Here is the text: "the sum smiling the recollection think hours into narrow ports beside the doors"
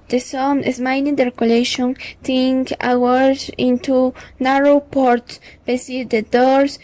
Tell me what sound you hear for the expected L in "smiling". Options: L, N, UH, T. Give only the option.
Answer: N